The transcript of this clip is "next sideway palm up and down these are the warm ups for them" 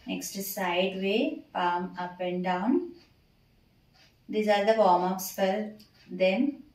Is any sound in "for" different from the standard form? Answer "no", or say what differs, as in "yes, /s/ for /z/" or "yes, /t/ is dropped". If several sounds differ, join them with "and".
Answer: yes, /p/ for /f/